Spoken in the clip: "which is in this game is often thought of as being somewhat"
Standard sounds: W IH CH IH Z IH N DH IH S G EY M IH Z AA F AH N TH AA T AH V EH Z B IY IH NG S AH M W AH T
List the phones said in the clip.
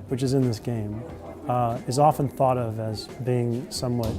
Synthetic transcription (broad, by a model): W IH CH IH Z IH N DH IH S G EY M IH Z AA F AH N TH AA T AH V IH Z B IY IH NG S AH M W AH T